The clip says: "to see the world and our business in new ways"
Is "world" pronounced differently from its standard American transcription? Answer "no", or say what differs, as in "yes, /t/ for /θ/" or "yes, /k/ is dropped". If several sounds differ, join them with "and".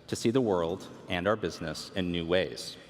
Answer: no